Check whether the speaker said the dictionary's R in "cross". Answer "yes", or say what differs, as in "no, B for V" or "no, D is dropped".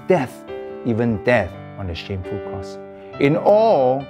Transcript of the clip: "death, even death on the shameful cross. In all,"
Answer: no, R is dropped